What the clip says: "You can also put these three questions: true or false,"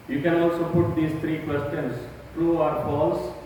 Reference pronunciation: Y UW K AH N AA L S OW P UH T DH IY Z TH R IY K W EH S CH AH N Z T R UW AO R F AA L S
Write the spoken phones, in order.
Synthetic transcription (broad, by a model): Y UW K AH N AA L S OW P UH T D IY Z T R IY K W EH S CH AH N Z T R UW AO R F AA L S